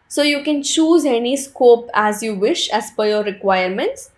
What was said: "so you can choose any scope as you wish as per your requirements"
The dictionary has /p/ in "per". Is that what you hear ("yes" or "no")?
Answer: no